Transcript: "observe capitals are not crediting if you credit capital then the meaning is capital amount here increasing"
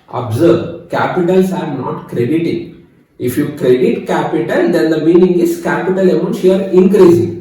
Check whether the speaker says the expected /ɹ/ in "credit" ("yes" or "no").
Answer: yes